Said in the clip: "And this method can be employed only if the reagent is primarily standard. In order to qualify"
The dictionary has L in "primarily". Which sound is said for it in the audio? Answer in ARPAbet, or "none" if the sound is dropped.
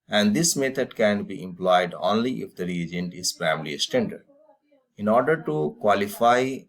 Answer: none